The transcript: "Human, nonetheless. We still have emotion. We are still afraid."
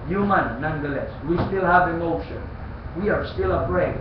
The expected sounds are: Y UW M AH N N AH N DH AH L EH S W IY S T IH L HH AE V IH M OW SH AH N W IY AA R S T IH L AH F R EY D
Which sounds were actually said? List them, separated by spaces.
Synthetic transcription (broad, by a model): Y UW M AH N N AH N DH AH L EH S W IY S T IH L HH AE V IH M OW SH AH N W IY AA R S T IH L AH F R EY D